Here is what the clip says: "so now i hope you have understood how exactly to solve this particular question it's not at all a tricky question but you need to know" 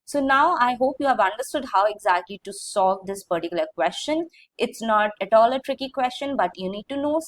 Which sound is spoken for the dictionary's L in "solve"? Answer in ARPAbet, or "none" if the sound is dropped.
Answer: none